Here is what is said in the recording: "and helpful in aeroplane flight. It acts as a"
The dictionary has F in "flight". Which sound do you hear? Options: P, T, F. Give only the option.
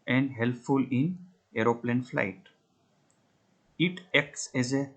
F